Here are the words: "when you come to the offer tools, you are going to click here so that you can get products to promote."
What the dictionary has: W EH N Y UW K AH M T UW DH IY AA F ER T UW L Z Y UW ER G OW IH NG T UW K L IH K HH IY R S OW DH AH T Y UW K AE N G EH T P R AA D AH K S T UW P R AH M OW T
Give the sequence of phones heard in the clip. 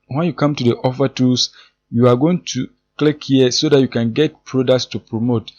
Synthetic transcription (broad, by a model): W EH N Y UW K AH M T UW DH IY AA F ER T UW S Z Y UW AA G OW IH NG T UW K L IH K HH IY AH S OW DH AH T Y UW K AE N G EH T P R AA D AH K S T UW P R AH M OW T